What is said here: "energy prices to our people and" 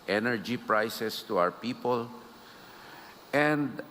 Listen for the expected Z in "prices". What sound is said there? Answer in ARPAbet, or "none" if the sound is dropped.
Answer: S